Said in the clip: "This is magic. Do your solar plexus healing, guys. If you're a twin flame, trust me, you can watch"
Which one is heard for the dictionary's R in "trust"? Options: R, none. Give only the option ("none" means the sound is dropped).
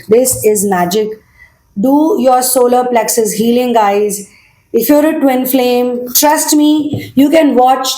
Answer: R